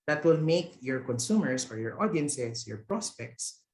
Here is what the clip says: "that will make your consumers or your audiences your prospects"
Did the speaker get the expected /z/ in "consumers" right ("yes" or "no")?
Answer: no